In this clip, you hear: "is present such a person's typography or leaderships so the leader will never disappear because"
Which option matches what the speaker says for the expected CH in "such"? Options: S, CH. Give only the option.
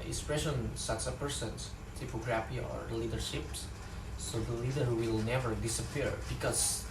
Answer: S